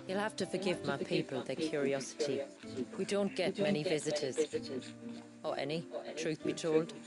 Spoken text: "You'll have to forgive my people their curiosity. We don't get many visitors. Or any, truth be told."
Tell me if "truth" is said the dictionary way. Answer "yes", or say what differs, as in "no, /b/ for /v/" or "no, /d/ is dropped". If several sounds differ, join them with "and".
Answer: yes